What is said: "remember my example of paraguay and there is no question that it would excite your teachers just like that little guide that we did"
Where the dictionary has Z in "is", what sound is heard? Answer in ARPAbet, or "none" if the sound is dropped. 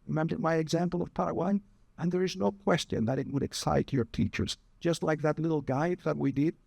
Z